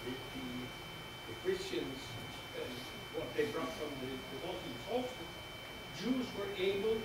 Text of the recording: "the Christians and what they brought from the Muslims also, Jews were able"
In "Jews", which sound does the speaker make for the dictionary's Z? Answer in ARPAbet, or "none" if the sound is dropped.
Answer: Z